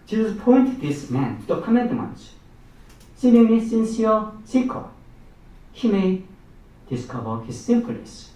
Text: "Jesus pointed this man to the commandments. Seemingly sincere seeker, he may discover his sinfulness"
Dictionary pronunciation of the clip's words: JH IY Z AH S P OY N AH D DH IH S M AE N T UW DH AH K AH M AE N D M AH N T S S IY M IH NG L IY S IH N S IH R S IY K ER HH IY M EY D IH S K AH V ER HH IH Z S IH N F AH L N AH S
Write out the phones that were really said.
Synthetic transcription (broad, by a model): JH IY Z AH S P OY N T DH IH S M AE N T UW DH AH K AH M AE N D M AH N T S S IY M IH L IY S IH N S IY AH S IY K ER HH IY M EY D IH S K AH V ER HH IH Z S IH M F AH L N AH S